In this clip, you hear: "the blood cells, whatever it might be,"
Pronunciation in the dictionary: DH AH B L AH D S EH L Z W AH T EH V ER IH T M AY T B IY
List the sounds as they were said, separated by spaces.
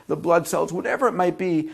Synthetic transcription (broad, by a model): DH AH B L AH D S EH L Z W AH T EH V ER IH T M AY T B IY